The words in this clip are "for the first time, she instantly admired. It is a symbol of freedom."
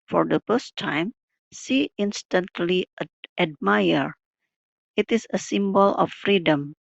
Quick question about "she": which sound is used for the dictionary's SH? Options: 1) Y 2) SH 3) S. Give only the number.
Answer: 3